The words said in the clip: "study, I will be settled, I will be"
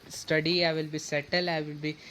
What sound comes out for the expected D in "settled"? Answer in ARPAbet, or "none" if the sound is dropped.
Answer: none